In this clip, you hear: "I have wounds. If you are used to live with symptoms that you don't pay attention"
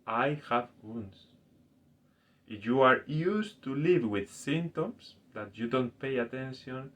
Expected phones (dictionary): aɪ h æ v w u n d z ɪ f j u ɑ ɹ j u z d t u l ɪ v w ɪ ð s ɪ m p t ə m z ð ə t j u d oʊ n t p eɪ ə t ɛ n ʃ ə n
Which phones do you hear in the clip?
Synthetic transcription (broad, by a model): aɪ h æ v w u n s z ɪ f j u ɑ ɹ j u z t u l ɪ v w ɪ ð s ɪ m t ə m s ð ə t j u d oʊ n t p eɪ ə t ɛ n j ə n